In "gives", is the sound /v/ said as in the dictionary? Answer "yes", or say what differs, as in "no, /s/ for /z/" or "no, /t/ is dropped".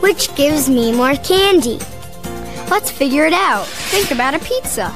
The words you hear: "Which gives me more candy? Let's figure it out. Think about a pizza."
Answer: yes